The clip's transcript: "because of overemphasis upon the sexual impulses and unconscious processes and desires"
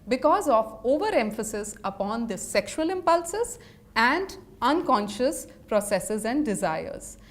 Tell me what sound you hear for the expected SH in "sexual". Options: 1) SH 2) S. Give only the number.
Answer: 1